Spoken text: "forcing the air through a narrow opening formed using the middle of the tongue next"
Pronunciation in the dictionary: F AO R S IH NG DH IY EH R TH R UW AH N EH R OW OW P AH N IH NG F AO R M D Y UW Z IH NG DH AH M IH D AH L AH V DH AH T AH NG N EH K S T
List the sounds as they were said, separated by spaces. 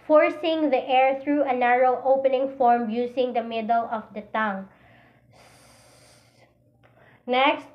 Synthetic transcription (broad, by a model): F AO R S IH NG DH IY EH R TH R UW AH N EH R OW OW P AH N IH NG F AO R M Y UW S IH NG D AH M IH D AH L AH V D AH T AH NG N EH K S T